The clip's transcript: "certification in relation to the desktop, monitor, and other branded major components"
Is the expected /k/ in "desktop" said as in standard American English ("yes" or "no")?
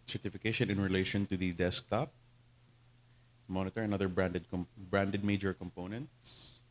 yes